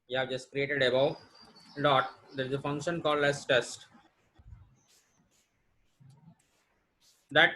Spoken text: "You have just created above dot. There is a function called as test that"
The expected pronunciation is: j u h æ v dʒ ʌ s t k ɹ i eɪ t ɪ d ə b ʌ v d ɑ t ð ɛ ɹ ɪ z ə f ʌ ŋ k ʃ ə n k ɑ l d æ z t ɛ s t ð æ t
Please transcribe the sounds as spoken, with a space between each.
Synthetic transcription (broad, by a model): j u h æ v dʒ ʌ s t k ɹ i eɪ t ɪ d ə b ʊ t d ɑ t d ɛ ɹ ɪ z ə f ʌ ŋ k ʃ ə n k ɑ l d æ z t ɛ s t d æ t